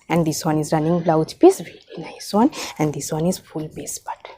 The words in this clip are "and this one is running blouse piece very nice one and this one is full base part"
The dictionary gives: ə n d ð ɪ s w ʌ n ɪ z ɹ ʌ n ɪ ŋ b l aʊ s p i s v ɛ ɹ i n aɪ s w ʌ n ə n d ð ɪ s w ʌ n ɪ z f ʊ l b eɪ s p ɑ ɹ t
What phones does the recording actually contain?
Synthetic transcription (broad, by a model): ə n d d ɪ s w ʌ n ɪ z ɹ ʌ n ɪ ŋ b l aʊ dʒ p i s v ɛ l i n aɪ s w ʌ n ə n d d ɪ s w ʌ n ɪ z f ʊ l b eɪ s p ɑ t